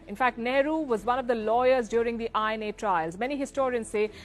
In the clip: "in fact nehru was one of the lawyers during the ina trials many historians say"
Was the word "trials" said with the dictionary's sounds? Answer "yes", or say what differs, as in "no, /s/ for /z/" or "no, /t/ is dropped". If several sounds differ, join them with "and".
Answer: yes